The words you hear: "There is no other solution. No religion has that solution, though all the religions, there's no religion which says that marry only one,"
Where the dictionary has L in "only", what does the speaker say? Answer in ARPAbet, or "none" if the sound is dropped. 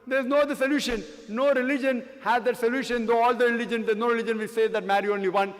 L